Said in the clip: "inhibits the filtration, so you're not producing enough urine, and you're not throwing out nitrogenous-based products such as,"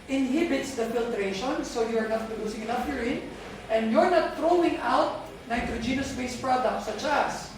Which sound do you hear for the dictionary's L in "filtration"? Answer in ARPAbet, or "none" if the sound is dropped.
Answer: L